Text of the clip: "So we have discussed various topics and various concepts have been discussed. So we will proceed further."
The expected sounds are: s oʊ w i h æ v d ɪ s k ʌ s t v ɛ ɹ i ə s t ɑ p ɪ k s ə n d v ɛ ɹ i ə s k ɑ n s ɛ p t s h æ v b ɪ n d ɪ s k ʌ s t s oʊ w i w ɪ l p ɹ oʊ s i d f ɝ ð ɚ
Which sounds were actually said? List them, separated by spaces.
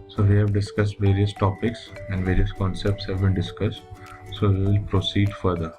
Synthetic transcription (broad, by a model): s oʊ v i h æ v d ɪ s k ʌ s t v ɛ ɹ i ə s t ɑ p ɪ k s ə n d v ɛ ɹ i ə s k ɑ n s ɛ p t s h æ v b ɪ n d ɪ s k ʌ s t s oʊ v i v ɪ l p ɹ oʊ s i d f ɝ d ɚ